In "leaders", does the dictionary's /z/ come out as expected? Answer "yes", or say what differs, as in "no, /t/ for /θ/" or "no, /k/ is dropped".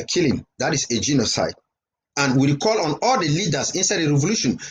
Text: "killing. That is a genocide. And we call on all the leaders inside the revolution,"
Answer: no, /s/ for /z/